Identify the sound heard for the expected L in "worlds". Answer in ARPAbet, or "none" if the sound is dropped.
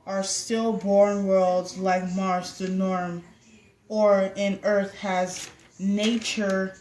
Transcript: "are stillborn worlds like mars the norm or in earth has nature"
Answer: L